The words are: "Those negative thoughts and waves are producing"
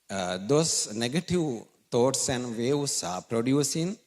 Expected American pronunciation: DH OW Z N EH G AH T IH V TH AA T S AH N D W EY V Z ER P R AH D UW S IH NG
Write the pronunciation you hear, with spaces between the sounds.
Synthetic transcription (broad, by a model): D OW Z N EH G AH T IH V T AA T S AH N D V EY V S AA P R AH D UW S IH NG